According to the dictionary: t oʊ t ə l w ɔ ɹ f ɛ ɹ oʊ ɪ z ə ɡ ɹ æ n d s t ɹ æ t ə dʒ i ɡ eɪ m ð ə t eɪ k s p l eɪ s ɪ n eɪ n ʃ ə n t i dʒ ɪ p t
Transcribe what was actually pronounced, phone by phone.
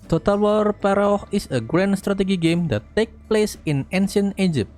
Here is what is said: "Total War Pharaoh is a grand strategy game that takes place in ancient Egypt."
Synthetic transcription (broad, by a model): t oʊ t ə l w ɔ ɹ p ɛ ɹ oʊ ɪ s ə ɡ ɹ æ n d s t ɹ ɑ t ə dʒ i ɡ eɪ m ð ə t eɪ k p l eɪ s ɪ n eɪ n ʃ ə n i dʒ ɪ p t